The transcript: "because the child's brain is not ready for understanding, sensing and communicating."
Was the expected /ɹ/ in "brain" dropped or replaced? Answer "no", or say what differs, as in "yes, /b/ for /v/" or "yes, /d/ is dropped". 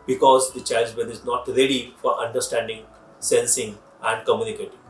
yes, /ɹ/ is dropped